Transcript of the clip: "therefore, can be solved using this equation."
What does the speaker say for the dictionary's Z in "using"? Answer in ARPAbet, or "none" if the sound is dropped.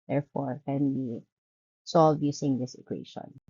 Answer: S